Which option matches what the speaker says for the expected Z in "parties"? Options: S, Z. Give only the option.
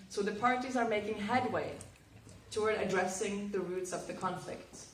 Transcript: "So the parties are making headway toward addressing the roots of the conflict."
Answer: Z